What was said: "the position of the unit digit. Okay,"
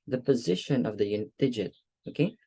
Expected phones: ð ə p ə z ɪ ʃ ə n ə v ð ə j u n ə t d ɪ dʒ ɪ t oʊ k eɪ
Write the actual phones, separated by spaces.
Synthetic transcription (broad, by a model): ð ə p ə z ɪ ʃ ə n ə v ð ə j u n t d ɪ dʒ ɪ t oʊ k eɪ